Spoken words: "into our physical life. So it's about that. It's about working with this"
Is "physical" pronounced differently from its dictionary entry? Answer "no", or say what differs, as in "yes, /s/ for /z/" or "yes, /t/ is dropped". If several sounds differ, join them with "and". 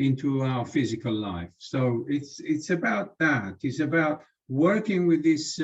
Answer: no